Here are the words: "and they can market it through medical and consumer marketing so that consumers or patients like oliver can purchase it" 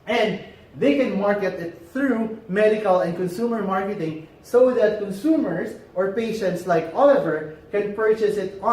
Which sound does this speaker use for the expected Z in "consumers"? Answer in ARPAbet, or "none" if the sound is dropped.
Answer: S